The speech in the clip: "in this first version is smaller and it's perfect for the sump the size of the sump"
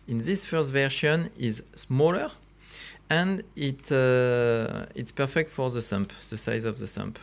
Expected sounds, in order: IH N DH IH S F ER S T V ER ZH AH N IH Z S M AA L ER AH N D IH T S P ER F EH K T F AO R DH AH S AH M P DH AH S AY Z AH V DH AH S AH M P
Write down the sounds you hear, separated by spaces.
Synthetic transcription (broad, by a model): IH N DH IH S F ER S T V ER SH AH N IH Z S M AA L ER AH N D IH T S P ER F EH K T F AO R DH AH S AH M P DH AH S AY Z AH V DH AH S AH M P